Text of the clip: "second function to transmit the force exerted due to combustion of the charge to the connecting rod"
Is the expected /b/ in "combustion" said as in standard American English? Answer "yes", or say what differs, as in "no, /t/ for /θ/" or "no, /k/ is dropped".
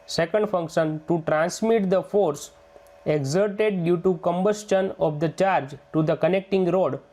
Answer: yes